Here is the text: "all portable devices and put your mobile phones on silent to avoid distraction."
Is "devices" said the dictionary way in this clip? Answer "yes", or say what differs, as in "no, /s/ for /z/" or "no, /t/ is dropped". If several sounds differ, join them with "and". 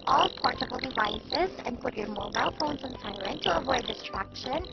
yes